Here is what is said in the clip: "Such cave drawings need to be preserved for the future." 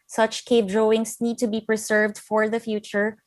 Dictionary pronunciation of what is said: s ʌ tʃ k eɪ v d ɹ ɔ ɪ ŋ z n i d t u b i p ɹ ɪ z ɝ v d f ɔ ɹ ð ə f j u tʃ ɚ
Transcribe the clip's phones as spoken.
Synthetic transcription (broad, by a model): s ʌ tʃ k eɪ p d ɹ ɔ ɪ ŋ s n i d t u b i p ɹ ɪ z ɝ v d f ɔ ɹ ð ə f j u tʃ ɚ